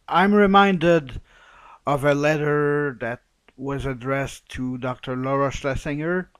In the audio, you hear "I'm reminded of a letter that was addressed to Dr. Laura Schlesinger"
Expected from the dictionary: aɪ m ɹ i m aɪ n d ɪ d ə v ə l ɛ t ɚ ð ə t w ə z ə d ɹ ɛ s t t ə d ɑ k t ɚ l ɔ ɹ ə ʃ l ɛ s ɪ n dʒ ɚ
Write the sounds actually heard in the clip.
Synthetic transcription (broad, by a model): aɪ m ɹ i m aɪ n d ɪ d ə v ə l ɛ t ɚ ð ə t w ə z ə d ɹ ɛ s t t ə d ɑ k t ɚ l ɔ ɹ ə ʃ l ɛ s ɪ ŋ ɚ